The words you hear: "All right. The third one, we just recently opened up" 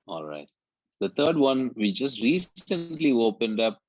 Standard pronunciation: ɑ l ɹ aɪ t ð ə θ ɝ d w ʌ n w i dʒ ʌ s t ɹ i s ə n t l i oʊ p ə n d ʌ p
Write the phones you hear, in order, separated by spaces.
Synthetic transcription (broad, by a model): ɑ l ɹ aɪ t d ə t ɝ d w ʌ n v i dʒ ʌ s t ɹ i s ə n t l i oʊ p ə n d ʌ p